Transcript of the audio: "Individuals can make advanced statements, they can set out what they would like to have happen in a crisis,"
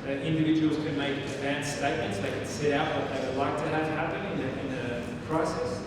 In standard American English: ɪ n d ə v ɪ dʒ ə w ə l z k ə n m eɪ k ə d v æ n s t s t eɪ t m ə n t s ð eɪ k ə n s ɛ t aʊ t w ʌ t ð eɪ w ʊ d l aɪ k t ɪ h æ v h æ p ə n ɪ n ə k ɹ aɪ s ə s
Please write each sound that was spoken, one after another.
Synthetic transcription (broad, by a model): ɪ n d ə v ɪ dʒ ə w l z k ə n m eɪ ə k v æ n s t s t eɪ t m ə n t s ð eɪ k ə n s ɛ t aʊ t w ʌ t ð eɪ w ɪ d l aɪ k t ɪ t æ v h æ p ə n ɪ n ə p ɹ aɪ s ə s